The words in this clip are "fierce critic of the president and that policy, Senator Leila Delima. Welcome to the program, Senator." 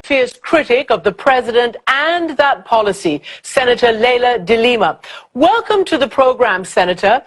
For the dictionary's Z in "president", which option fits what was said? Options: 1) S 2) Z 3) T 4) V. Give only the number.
2